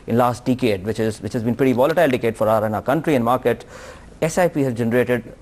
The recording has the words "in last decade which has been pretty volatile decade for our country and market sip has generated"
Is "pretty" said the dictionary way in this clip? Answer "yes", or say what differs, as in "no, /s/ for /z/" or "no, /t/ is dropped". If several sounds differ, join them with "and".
yes